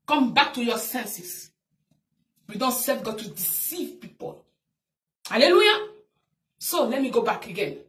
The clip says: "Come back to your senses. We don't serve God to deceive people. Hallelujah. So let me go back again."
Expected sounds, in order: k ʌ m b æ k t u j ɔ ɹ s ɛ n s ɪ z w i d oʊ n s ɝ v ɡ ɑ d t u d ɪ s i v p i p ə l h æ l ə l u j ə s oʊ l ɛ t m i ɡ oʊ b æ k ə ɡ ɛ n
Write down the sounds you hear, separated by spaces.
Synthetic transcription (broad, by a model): k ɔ m b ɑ k t u j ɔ s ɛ n s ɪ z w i d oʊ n s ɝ f ɡ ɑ t u d ɪ s i v p i p ə l h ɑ l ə l u j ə s oʊ l ɛ t m i ɡ oʊ b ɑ k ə ɡ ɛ n